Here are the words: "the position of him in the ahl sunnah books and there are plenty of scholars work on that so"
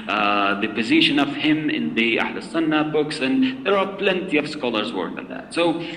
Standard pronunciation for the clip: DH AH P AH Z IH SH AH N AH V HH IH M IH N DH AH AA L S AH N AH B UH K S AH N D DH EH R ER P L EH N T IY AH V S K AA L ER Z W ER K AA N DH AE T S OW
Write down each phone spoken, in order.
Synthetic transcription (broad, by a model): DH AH P AH Z IH SH AH N AH V HH IH M IH N DH AH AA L S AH N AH B UH K S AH N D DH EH R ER P L EH N T IY AH V S K AA L ER Z W ER K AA N DH AE T S OW